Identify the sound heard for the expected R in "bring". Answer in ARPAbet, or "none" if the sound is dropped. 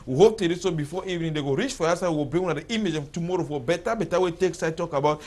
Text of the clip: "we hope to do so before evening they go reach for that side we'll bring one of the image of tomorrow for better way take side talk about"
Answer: none